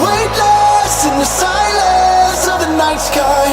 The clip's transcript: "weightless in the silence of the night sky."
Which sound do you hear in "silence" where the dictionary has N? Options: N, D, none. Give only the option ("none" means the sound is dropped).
none